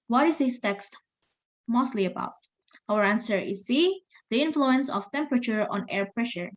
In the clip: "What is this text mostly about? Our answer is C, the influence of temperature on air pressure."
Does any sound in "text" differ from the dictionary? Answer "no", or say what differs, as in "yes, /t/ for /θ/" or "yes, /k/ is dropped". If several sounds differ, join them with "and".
no